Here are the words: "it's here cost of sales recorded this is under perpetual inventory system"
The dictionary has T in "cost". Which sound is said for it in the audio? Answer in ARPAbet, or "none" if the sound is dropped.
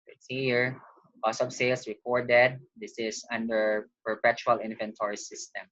none